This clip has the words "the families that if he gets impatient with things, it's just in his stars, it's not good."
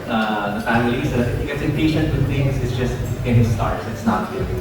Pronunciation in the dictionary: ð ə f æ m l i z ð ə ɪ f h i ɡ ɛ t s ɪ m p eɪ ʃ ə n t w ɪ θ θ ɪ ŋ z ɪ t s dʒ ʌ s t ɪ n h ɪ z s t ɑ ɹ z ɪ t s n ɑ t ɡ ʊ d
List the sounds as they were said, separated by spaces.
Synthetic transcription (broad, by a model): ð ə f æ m l i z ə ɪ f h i ɡ ɛ t s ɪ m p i ʃ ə n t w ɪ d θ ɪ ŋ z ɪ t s dʒ ʌ s t ɪ n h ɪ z s t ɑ ɹ s ɪ t s n ɑ t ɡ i